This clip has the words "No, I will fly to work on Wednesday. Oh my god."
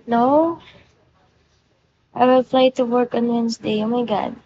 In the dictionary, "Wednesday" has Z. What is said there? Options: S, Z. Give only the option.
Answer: S